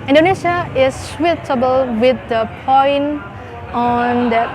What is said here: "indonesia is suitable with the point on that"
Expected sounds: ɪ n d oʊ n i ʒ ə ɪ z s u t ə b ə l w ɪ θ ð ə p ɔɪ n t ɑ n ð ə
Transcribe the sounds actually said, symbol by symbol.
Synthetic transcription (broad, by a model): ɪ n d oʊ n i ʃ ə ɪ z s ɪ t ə b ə l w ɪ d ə p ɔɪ n ɑ n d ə